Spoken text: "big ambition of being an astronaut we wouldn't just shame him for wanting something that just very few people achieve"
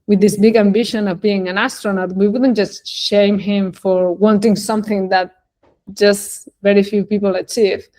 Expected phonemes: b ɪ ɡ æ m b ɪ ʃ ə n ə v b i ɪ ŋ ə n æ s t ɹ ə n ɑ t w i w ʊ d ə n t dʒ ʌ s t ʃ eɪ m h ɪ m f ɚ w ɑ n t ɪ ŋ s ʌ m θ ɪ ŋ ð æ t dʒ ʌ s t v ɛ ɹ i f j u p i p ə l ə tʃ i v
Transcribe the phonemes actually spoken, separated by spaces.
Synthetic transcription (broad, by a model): b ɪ ɡ æ m b ɪ ʃ ə n ə v b i ɪ ŋ ə n æ s t ɹ ə n ɑ t w i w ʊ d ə n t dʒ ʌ s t ʃ eɪ m h ɪ m f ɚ w ɑ n t ɪ ŋ s ʌ m θ ɪ ŋ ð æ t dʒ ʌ s t v ɛ ɹ i f j u p i p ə l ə tʃ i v